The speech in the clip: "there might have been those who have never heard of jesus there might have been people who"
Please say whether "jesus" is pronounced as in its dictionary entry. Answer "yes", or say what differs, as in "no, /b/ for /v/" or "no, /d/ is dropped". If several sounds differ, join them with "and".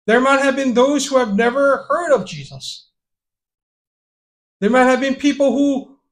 yes